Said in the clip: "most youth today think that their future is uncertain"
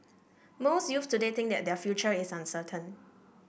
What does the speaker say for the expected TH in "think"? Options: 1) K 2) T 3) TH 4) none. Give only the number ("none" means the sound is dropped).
2